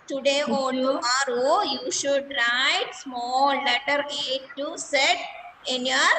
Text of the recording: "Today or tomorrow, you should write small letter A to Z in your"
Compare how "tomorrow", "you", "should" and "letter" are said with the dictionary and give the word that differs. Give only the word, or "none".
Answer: tomorrow